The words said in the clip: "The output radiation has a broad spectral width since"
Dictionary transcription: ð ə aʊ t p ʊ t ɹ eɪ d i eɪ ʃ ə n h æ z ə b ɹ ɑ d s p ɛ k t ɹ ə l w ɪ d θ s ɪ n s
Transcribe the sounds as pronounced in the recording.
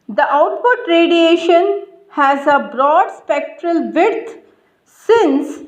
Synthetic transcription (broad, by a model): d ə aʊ t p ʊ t ɹ eɪ d i eɪ ʃ ə n h æ z ə b ɹ ɑ d s p ɛ k t ɹ ə l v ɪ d t s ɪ n s